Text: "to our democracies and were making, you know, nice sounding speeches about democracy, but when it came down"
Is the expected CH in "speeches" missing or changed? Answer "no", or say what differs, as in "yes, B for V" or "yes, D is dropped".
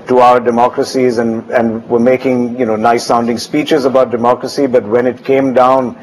no